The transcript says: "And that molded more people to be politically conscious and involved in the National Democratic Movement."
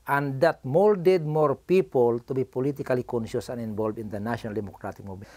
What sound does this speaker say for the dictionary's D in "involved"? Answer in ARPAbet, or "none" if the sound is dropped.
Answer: none